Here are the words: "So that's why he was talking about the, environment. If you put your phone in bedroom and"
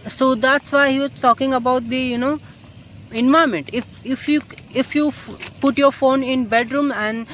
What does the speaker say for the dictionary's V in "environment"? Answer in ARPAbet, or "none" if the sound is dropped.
none